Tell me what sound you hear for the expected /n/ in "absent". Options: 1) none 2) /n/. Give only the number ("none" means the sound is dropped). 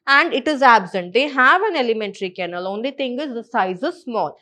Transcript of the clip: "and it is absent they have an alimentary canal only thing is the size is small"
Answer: 2